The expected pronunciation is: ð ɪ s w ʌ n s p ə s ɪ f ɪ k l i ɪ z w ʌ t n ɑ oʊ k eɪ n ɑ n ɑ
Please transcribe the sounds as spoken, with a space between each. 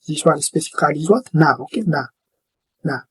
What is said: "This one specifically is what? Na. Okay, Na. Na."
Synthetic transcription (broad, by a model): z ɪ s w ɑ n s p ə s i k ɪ l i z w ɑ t n ɑ oʊ k eɪ n ɑ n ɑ